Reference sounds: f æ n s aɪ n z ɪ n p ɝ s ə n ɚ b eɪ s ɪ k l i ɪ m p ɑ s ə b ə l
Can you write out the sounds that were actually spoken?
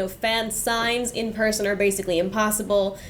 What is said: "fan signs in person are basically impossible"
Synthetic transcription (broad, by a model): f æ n s aɪ n z ɪ n p ɝ s ə n ɚ b eɪ s ɪ k l i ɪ m p ɑ s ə b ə l